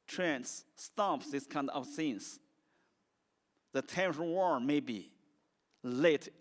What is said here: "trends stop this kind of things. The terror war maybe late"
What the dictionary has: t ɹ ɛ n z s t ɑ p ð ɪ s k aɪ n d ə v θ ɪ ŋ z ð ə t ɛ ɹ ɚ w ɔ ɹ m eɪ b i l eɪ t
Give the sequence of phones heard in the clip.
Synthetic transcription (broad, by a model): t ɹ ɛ n s t ɑ p ð ɪ s k aɪ n d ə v s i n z ð ə t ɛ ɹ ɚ w ɔ ɹ m eɪ b i l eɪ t